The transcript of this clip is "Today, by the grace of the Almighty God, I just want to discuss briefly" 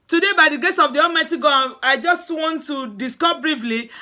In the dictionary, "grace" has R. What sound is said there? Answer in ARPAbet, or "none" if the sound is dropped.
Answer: none